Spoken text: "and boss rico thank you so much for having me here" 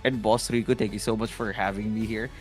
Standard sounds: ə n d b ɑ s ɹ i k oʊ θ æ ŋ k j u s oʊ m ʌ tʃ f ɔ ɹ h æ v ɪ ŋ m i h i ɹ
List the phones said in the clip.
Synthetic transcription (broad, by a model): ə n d b ɑ s ɹ i k oʊ t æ ŋ k j u s oʊ m ʌ tʃ f ɔ ɹ h æ v ɪ ŋ m i h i ɹ